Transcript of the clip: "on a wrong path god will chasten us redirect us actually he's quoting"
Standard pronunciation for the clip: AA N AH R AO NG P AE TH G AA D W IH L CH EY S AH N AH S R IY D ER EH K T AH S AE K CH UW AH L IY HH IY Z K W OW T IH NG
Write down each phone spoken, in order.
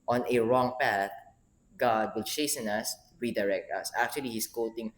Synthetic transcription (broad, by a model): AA N AH R AO NG P AE TH G AA D W IH L CH EY S AH N AH S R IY D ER EH K T AH S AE K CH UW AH L IY HH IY S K OW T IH NG